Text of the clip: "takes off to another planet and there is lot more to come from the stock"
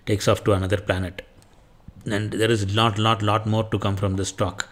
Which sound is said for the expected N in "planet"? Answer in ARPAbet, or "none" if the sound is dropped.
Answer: N